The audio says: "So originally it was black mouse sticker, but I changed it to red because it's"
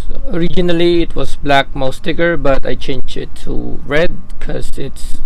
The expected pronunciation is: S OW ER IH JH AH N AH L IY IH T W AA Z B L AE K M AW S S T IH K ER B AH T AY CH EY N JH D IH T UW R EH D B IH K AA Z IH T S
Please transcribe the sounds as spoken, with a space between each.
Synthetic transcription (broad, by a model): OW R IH JH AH N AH L IY IH T W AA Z B L AE K M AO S S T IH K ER B AH T AY CH EY N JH IH T UW R EH D K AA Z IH T S